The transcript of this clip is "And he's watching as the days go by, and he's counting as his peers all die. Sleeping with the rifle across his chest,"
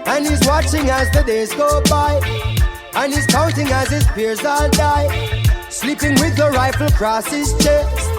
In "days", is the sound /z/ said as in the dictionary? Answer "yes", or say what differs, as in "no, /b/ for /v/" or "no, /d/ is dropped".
yes